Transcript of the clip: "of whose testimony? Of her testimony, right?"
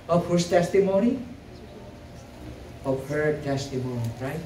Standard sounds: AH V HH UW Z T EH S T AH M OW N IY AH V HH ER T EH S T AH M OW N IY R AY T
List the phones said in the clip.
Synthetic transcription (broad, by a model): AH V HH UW S T EH S T AH M OW N IY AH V HH ER T EH S T AH M OW N IY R AY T